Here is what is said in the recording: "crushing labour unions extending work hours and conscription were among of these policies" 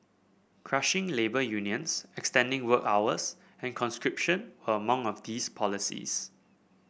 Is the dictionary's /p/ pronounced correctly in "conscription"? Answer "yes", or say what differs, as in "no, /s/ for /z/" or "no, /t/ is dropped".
yes